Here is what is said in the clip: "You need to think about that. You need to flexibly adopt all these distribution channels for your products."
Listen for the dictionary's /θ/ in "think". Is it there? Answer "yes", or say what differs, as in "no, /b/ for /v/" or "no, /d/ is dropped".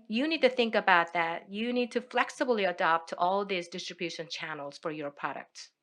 yes